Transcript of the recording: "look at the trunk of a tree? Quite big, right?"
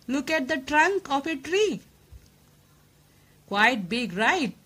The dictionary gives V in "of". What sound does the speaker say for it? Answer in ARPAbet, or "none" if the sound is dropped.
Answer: P